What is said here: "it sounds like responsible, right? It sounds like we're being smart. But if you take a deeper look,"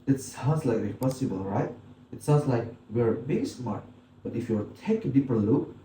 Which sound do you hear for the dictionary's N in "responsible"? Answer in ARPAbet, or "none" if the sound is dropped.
none